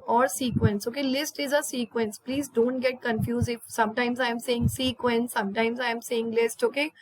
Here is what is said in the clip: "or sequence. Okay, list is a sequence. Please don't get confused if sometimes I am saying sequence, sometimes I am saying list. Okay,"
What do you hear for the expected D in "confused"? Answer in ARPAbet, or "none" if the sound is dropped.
none